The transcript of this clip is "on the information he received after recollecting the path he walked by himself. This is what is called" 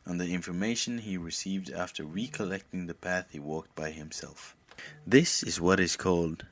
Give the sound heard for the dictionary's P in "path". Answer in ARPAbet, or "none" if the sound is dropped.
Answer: P